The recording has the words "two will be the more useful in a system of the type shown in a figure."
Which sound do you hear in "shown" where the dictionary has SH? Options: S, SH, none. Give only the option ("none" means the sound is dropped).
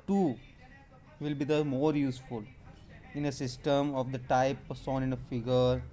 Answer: S